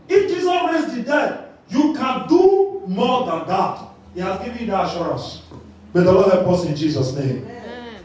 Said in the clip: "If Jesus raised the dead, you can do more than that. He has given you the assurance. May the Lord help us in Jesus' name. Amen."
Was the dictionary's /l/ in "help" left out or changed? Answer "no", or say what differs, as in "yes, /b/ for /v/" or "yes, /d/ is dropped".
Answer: yes, /l/ is dropped